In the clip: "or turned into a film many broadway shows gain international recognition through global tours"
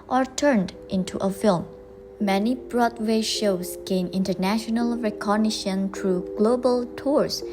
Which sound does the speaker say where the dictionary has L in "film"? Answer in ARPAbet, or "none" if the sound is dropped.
L